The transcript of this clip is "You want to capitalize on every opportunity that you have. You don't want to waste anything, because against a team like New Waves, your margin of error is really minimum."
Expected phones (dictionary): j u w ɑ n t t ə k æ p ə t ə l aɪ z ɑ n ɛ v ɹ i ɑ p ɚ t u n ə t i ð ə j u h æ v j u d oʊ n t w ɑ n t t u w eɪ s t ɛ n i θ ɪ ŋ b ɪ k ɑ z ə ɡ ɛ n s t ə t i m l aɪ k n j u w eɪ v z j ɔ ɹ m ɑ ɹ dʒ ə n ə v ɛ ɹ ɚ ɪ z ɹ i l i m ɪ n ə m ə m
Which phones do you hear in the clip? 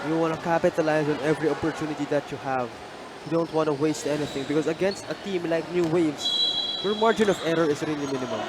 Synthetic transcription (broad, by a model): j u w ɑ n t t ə k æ p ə t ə l aɪ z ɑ n ɛ v ɹ i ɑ p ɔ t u n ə t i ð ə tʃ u h æ v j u d oʊ n t w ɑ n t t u w eɪ s t ɛ n i θ ɪ ŋ b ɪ k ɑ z ə ɡ ɛ n s t ə t i m l aɪ k n j u w eɪ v s j ɔ ɹ m ɑ ɹ dʒ ə n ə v ɛ ɹ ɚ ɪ s ɹ i l i m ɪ n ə m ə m